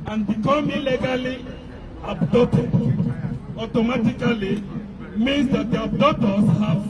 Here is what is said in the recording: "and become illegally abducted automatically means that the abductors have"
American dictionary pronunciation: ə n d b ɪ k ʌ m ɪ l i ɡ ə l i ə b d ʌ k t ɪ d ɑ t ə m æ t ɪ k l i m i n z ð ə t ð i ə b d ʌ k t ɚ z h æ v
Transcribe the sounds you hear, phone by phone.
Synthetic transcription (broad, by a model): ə n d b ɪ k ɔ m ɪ l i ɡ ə l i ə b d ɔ t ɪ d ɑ t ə m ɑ t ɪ k l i m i n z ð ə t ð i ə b d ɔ t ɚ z h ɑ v